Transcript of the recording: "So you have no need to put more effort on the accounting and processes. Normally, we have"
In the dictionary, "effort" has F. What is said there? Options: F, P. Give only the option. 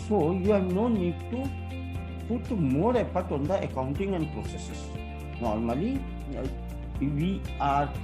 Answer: P